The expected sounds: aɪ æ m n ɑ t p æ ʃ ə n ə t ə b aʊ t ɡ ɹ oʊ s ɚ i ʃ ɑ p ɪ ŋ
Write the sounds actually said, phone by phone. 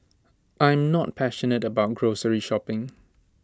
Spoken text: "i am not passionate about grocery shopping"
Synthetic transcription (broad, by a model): aɪ m n ɑ t p æ ʃ ə n ə t ə b aʊ t ɡ ɹ oʊ s ɚ i ʃ ɑ p ɪ ŋ